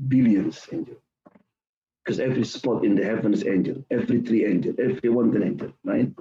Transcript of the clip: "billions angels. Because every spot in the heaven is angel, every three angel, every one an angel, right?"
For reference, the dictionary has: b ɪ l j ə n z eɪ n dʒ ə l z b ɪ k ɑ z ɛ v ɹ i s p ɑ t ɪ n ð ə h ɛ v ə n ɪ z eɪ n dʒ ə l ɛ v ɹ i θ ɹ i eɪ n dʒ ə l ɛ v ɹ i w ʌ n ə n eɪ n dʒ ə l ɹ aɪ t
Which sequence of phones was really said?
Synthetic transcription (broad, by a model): b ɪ l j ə n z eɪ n dʒ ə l b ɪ k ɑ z ɛ v ɹ i s p ɑ t ɪ n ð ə h ɛ v ə n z eɪ n dʒ ə l ɛ v ɹ i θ ɹ i eɪ n dʒ ə l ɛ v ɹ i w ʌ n ə n eɪ n dʒ ə l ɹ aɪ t